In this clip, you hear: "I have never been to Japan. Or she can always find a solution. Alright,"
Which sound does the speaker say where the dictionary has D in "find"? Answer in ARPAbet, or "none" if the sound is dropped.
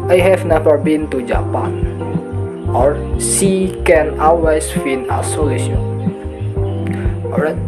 none